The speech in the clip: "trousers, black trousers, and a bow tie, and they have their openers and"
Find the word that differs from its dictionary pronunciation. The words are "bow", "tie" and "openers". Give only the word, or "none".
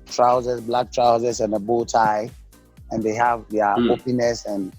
openers